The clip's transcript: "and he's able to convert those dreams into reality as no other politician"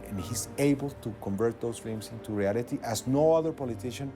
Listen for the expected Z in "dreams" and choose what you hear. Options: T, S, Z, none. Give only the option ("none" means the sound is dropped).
S